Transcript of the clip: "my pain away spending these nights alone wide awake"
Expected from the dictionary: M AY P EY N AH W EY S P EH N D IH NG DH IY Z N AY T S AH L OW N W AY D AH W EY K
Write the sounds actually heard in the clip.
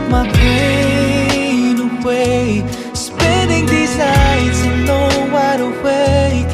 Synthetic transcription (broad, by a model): M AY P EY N AH W EY S P EH N D IH NG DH IY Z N AY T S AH N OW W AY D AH W EY